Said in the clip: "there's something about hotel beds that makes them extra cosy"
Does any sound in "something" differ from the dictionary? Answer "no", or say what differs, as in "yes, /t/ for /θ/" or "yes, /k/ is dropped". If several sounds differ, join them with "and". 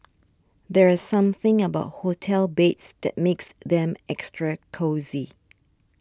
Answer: no